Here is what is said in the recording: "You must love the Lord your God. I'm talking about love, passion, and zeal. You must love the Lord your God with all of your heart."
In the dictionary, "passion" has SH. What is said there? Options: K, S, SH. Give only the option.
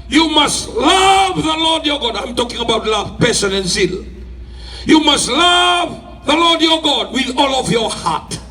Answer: S